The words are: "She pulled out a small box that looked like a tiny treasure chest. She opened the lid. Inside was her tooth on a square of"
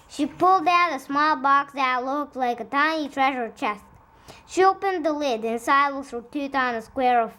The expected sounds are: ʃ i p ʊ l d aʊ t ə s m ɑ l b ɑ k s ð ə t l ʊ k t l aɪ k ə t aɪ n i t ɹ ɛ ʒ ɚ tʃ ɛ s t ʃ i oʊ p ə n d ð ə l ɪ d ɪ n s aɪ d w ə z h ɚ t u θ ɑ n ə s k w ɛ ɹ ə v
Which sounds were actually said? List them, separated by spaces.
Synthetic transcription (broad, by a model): ʃ i p ʊ l d aʊ t ə s m ɑ l b ɑ k s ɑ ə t l ʊ k t l aɪ k ə t aɪ n i t ɹ ɛ ʒ ɚ tʃ ɛ s t ʃ i oʊ p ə n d ð ə l ɪ d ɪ n s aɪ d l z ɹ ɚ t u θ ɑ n ə s k w ɛ ɹ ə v